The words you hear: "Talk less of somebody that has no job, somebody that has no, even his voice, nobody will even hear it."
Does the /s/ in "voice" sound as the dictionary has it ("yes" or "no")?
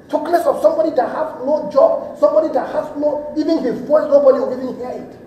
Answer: no